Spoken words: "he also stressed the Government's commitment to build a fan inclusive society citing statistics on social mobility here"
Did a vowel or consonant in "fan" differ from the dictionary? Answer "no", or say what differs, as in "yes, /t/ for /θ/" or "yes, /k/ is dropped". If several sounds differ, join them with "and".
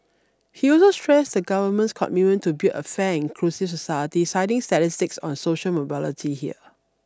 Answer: yes, /n/ is dropped